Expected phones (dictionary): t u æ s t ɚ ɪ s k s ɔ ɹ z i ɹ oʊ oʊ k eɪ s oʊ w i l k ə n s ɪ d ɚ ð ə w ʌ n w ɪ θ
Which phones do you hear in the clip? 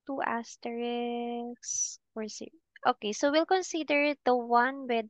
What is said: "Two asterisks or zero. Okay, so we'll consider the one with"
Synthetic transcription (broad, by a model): t u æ s t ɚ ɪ k s ɔ ɹ s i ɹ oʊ oʊ k eɪ s oʊ w i l k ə n s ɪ d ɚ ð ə w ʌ n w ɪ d